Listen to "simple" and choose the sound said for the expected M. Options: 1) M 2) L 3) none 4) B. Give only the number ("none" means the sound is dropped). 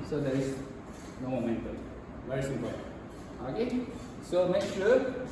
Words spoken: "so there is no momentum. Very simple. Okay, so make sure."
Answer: 3